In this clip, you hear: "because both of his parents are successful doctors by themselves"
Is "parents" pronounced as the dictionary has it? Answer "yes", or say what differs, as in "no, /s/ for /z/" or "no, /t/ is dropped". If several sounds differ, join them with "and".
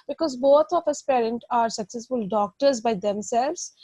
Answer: no, /s/ is dropped